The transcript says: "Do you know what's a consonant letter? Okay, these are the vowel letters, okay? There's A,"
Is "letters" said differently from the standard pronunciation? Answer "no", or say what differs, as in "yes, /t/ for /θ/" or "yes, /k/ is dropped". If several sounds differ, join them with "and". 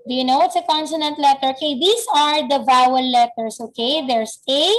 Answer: yes, /s/ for /z/